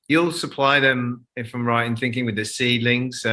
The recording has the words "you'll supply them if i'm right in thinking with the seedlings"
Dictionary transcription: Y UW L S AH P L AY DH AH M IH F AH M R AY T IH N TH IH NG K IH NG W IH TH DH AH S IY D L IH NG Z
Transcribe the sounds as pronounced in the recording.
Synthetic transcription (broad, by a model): Y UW L S AH P L AY DH AH M IH F AH M R AY T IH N TH IH NG K IH NG W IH DH AH S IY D L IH NG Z